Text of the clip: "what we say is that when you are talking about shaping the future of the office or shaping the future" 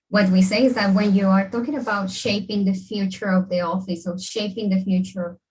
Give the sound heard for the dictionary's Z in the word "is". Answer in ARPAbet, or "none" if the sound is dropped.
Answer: Z